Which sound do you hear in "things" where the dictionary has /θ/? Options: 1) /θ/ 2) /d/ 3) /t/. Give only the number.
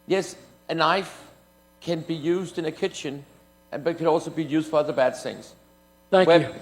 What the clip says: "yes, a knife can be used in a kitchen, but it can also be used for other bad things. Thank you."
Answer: 1